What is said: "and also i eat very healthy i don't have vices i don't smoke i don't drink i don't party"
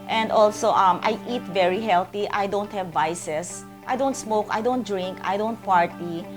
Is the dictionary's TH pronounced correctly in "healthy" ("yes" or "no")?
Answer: no